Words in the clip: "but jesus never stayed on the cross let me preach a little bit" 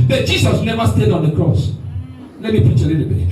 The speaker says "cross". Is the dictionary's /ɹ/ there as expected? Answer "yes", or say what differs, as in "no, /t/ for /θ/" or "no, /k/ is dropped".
yes